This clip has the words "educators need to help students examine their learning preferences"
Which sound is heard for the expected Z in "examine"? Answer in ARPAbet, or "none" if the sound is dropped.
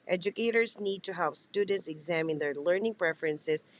Z